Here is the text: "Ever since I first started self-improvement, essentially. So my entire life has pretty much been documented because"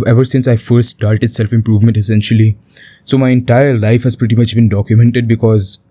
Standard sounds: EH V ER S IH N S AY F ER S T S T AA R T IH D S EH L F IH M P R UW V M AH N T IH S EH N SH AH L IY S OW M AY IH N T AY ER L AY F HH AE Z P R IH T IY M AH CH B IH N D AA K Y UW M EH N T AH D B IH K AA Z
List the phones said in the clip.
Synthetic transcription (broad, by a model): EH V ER S IH N S AY F ER S T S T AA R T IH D S EH L F IH M P R UW V M AH N T IH S EH N SH AH L IY S OW M AY IH N T AY ER L AY F HH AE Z P R IH T IY M AH CH B IH N D AA K Y UW M EH N T AH D B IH K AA Z